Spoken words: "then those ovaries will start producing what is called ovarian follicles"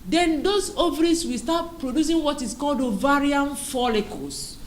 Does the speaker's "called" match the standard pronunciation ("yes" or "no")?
yes